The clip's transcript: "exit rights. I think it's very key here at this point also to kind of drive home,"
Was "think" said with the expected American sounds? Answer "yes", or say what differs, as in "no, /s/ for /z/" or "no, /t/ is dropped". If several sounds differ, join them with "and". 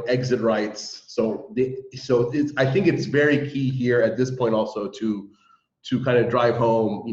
yes